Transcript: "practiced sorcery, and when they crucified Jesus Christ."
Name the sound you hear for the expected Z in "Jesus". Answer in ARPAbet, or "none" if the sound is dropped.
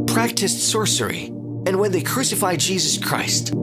Z